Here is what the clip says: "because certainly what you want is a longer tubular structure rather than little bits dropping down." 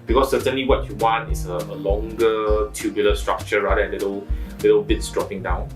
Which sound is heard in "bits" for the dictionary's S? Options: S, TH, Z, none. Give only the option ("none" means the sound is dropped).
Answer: S